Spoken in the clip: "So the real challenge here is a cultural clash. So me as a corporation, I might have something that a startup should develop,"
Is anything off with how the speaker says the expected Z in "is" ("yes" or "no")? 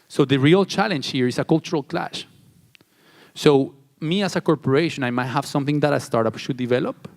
yes